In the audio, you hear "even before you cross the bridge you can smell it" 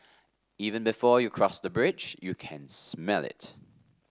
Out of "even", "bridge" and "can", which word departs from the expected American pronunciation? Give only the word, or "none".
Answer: none